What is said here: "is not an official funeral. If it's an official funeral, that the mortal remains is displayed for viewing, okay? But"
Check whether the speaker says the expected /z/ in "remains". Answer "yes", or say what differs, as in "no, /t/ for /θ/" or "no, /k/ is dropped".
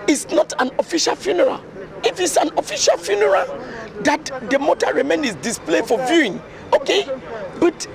no, /z/ is dropped